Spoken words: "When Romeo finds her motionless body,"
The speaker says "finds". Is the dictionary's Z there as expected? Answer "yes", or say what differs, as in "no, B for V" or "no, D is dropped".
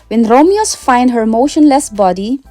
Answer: no, Z is dropped